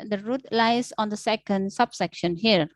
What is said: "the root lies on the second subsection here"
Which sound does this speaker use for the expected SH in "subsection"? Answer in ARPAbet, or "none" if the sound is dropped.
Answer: SH